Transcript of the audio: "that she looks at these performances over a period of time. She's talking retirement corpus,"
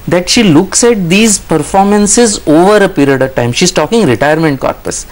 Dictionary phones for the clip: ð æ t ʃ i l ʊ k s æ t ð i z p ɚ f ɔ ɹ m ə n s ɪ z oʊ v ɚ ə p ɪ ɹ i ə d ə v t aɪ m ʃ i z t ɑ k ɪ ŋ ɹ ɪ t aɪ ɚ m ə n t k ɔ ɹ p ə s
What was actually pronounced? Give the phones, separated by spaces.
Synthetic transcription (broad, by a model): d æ t ʃ i l ʊ k s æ t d i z p ɚ f ɔ ɹ m ə n s ɪ z oʊ v ɚ ə p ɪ ɹ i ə d ə v t aɪ m ʃ i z t ɑ k ɪ ŋ ɹ ɪ t aɪ ɚ m ə n t k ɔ ɹ p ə s